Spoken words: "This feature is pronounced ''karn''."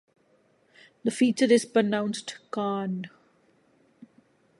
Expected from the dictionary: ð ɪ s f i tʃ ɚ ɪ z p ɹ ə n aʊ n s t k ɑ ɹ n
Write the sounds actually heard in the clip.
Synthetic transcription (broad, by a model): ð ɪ f i tʃ ɚ ɪ z p ɹ ə n aʊ n s t k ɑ n